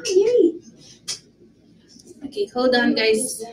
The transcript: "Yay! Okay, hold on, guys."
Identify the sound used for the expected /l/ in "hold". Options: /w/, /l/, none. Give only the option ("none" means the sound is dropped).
/w/